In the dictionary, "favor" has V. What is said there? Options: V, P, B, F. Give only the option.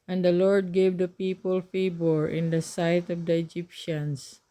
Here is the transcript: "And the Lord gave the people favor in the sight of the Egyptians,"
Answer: B